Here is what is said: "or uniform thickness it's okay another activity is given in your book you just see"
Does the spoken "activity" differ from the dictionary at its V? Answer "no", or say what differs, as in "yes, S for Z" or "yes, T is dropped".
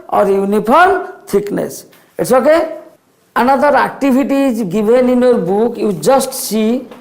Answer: yes, B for V